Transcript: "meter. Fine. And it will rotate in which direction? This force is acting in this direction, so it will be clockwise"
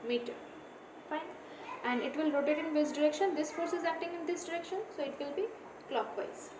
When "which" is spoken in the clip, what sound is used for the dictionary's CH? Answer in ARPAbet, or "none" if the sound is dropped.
S